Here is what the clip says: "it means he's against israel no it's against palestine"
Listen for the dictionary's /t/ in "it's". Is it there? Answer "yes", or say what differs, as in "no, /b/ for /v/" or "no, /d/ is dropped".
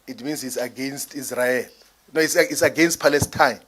no, /s/ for /t/